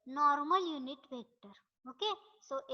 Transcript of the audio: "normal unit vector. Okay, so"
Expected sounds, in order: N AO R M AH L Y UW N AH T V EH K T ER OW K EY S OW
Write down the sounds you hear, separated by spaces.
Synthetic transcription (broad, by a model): N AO R M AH L Y UW N AH T B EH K T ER OW K EY S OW